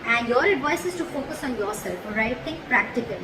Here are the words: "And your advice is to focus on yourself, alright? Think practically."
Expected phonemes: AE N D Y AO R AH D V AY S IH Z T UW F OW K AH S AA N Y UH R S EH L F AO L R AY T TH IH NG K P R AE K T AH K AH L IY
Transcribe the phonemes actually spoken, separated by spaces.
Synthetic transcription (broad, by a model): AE N D Y AO R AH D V AY S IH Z T UW F OW K AH S AA N Y UH R S EH L F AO R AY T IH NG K P R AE K T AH K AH L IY